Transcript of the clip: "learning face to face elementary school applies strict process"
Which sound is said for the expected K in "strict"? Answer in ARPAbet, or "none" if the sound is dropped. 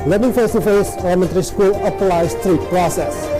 none